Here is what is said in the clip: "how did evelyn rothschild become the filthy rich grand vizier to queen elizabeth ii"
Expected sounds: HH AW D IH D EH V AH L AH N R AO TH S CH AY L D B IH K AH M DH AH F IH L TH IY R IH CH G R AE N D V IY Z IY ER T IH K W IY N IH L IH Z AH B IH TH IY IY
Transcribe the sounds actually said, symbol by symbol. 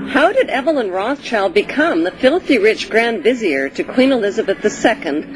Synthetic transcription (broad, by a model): HH AW D IH D EH V AH L AH N R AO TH CH AY L D B IH K AH M DH AH F IH L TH IY R IH CH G R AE N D V IY Z IY ER T IH K W IY N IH L IH Z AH B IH TH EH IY